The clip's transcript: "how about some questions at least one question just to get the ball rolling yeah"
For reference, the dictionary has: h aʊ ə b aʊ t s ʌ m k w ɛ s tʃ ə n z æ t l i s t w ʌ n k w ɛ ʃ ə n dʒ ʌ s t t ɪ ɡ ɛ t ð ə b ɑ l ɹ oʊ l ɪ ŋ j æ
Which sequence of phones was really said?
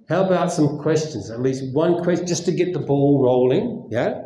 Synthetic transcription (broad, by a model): h aʊ ə b aʊ t s ʌ m k w ɛ s tʃ ə n z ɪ t l i s t w ʌ n k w ɛ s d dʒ ʌ s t t ɪ ɡ ɛ t ð ə b ɑ l ɹ oʊ l ɪ ŋ j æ